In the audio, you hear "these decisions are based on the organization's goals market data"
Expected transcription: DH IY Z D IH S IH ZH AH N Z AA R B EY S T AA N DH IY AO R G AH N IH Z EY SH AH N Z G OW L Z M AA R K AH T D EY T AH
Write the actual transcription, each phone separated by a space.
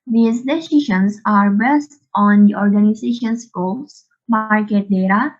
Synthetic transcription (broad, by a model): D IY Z D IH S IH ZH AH N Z AA R B EY S T AA N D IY AO R G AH N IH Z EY SH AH N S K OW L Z M AA R K AH T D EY T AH